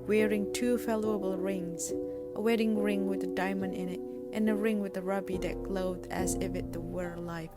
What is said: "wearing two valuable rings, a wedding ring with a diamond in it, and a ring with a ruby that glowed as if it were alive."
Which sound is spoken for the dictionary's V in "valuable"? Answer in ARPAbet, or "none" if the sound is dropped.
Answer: F